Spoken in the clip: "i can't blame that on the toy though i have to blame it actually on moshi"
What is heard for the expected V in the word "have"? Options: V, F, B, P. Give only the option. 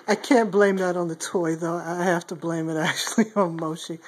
F